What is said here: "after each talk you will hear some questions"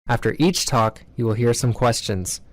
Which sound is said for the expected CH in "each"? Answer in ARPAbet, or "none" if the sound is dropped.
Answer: CH